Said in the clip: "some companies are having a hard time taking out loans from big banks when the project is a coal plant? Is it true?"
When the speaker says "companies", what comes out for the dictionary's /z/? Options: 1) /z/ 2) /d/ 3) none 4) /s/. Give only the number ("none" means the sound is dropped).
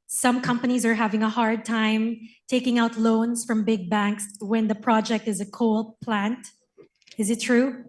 1